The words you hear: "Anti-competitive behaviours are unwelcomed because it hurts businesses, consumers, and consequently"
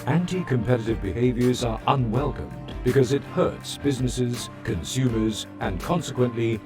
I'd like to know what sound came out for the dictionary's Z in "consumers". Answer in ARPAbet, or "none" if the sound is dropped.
Z